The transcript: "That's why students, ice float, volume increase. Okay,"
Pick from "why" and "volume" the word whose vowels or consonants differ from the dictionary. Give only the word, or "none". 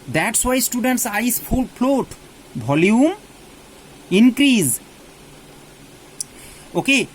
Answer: volume